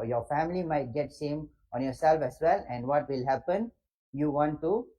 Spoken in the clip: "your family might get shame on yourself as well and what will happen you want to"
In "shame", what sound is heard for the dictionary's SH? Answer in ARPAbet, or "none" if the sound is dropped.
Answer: S